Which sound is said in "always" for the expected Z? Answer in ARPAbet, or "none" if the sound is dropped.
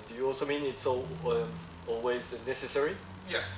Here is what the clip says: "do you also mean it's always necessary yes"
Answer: Z